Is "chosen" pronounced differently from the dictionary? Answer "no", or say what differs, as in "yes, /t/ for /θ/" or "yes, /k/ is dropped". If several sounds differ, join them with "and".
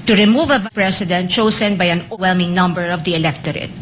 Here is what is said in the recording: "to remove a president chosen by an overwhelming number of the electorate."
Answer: yes, /s/ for /z/